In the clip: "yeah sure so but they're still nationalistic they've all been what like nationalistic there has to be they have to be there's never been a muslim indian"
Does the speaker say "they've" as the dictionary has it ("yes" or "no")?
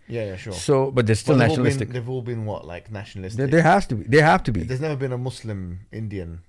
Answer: yes